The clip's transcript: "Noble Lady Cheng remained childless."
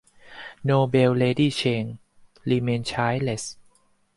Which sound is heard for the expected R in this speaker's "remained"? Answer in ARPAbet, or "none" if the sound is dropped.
L